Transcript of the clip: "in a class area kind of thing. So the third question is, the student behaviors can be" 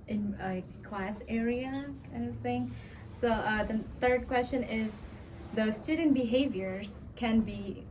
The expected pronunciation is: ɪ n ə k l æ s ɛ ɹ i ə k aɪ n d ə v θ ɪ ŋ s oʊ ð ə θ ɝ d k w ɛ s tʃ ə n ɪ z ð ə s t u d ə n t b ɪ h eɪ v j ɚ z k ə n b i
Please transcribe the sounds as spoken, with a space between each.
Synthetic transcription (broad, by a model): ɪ n ə k l æ s ɛ ɹ i ə k aɪ n d ə v θ ɪ ŋ s oʊ ð ə θ ɝ d k w ɛ s tʃ ə n ɪ z ð ə s t u d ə n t b ɪ h eɪ v j ɚ z k ə n b i